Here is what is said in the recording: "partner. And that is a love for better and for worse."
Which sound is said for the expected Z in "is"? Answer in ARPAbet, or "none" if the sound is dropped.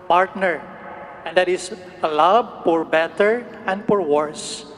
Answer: S